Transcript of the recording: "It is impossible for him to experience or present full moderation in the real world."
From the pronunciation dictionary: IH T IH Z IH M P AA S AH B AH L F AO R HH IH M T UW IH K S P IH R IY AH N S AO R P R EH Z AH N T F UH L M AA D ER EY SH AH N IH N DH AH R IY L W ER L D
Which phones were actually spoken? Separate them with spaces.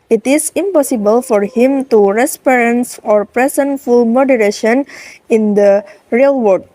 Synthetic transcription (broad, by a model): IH T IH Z IH M P AA S AH B AH L F AO R HH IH M T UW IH S P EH R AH N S AO R P R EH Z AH N F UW L M AA D ER EY SH AH N IH N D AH R IY L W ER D